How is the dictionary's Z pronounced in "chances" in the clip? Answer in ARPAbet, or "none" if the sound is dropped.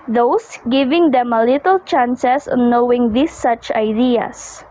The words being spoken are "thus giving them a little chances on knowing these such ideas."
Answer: S